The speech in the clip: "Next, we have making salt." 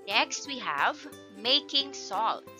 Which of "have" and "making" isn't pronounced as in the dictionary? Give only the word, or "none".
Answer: none